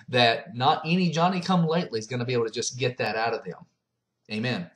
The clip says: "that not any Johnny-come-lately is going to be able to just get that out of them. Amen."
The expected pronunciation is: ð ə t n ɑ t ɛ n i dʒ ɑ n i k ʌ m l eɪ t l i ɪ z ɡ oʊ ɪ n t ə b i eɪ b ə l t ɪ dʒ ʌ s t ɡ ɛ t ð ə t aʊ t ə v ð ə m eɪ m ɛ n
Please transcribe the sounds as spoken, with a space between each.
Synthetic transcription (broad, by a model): ð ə t n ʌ t ɛ n i dʒ ɑ n i k ʌ m l eɪ t l i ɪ z ɡ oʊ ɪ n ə b i eɪ ə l t ɪ dʒ ʌ s ɡ ɛ t ð ə t aʊ t ə v ð ə m eɪ m ɛ n